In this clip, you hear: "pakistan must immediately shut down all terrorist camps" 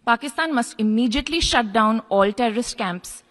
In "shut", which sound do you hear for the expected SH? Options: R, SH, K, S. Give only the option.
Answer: SH